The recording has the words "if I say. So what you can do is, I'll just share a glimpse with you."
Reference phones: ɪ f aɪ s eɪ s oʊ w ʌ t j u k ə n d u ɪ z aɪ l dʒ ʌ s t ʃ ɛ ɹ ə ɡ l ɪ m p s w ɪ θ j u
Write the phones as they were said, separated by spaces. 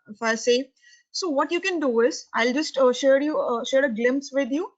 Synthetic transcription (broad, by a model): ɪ f aɪ s eɪ s oʊ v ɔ t j u k ə n d u ɪ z aɪ l dʒ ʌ s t ʃ ɛ ɹ ə ɡ l ɪ m p s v ɪ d j u